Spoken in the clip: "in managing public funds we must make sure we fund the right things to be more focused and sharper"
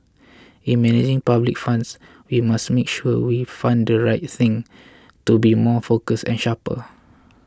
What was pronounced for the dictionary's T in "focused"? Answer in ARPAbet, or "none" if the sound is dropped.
none